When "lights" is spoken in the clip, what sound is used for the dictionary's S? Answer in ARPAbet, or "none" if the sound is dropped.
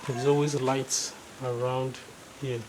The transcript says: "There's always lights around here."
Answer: S